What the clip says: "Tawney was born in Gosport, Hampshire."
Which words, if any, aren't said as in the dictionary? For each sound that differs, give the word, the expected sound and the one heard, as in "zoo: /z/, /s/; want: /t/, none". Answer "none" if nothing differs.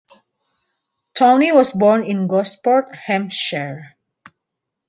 was: /z/, /s/